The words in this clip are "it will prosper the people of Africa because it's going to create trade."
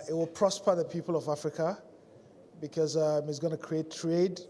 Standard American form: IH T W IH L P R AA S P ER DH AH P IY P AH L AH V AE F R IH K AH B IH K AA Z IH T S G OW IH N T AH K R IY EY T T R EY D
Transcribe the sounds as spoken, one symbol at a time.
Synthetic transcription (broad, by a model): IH T W IH L P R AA S P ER DH AH P IY P AH L AH V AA F R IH K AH B IH K AA Z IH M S G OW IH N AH K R IY EY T T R EY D